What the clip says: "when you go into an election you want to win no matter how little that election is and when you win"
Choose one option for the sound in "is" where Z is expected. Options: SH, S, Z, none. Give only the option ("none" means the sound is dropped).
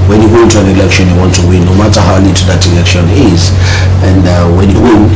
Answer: Z